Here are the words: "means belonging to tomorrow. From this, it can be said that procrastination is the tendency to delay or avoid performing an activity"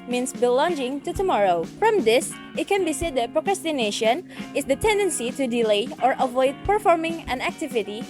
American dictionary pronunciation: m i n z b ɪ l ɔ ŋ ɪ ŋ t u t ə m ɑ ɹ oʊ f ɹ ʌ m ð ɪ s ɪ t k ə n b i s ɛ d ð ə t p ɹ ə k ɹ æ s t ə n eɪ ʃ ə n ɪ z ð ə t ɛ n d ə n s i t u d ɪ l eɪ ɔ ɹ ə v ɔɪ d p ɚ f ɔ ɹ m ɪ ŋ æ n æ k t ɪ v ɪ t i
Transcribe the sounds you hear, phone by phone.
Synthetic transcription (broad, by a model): m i n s b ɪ l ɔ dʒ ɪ ŋ t u t ə m ɑ ɹ oʊ f ɹ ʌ m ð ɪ s ɪ t k ə n b i s ɛ d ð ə t p ɹ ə k ɹ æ s t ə n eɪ ʃ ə n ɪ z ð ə t ɛ n d ə n s i t u d ɪ l eɪ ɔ ɹ ə v ɔɪ d p ɚ f ɔ ɹ m ɪ ŋ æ n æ k t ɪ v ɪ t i